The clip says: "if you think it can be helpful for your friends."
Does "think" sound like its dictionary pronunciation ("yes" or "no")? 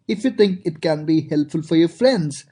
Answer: no